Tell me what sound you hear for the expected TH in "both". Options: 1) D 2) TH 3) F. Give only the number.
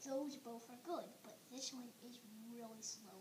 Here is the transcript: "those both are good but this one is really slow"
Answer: 3